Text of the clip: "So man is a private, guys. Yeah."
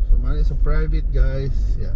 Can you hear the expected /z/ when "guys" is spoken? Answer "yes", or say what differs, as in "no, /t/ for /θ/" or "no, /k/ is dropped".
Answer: no, /s/ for /z/